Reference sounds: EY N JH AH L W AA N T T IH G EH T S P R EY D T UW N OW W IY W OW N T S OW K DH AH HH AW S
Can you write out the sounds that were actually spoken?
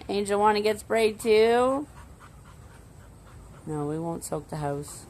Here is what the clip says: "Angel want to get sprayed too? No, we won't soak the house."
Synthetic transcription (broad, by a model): EY N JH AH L W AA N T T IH G EH T S B R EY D T UW N OW W IY W OW N T S OW K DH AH HH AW S